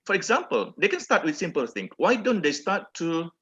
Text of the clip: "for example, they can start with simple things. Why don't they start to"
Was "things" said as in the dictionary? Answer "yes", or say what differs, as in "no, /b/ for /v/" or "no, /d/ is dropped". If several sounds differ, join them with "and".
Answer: no, /z/ is dropped